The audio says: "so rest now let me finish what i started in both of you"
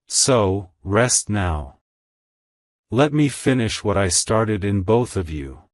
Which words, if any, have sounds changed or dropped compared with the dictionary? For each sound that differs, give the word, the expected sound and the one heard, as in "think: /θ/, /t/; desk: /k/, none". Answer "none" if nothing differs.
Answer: none